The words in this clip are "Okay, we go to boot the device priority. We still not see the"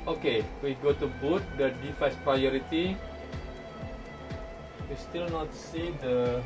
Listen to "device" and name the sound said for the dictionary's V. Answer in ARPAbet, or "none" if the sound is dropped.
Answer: F